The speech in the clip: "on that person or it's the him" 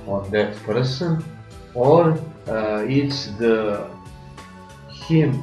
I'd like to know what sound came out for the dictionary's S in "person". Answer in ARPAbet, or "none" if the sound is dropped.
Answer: S